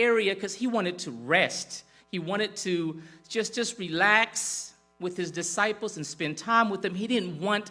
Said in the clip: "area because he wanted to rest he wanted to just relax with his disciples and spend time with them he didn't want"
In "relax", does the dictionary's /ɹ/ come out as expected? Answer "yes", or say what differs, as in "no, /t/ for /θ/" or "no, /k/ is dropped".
yes